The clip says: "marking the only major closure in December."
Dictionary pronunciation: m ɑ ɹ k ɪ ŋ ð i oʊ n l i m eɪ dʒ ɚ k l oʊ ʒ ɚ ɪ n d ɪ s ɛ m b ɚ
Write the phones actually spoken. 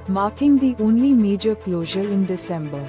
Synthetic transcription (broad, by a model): m ɑ ɹ k ɪ ŋ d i oʊ n l i m eɪ dʒ ɚ k l oʊ ʒ ɚ ɪ n d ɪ s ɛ m b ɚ